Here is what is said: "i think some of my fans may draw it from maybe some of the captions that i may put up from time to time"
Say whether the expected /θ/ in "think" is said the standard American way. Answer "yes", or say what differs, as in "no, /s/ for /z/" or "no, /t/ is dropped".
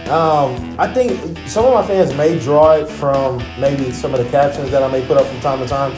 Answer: yes